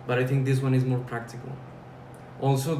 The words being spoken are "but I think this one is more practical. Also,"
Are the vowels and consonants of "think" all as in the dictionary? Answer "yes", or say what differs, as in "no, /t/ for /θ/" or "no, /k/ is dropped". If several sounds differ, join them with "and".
no, /t/ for /θ/